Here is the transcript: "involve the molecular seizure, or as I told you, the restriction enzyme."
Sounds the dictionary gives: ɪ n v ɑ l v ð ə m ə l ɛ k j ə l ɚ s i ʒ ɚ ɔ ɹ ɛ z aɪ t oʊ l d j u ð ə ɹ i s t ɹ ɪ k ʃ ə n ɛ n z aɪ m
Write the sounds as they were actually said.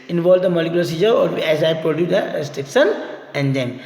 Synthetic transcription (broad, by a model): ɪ n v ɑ l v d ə m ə l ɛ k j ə l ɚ s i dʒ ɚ ɔ ɹ ɛ z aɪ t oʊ d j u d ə ɹ i s t ɹ ɪ k ʃ ə n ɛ n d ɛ m